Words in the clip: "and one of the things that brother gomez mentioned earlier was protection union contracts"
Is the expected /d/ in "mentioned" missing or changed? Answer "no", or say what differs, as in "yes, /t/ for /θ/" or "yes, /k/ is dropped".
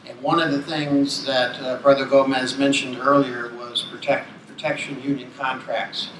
no